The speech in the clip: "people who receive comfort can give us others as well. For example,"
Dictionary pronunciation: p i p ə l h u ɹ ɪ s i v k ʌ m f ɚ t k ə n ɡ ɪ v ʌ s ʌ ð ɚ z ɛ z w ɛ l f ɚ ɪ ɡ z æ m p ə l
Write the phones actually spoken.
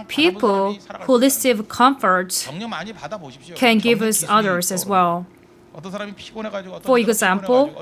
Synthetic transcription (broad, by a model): p i p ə l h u l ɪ s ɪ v k ʌ m f ɚ t k ə n ɡ ɪ v ʌ s ʌ ð ɚ z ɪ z w ɛ l f ɚ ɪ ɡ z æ m p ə l